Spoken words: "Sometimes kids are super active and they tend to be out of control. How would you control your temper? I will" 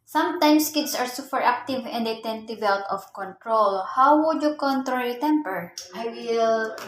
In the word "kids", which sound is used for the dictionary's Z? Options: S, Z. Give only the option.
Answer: S